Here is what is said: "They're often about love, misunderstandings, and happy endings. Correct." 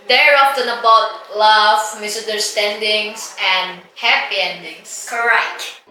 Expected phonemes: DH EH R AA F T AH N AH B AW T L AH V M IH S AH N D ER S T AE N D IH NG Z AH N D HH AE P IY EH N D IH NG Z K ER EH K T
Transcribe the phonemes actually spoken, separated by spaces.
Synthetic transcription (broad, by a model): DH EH R AA F T AH N AH B AW T L AH V M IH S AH N D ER S T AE N D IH NG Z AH N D HH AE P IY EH N D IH NG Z K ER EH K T